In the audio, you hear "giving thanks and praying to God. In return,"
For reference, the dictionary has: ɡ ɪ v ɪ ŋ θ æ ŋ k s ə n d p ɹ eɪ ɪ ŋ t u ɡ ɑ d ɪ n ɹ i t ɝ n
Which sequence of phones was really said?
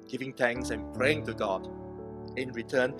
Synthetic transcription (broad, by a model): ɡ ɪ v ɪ ŋ t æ ŋ k s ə n p ɹ eɪ ɪ ŋ t u ɡ ɑ d ɪ n ɹ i t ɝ n